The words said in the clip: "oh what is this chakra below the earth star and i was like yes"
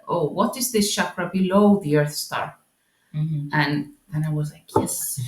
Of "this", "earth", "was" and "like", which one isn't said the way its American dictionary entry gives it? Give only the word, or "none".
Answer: none